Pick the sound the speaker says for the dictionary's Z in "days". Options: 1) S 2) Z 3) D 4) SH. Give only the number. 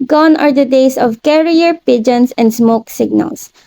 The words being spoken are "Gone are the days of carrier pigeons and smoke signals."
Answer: 1